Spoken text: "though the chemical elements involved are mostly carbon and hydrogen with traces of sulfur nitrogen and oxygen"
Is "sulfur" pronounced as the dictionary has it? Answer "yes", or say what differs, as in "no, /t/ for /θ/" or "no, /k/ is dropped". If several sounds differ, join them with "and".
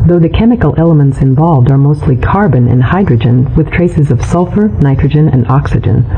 yes